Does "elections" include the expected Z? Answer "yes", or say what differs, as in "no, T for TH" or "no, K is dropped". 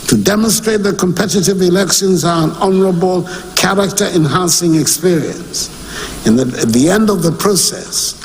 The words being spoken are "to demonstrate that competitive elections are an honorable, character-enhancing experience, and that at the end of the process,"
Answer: yes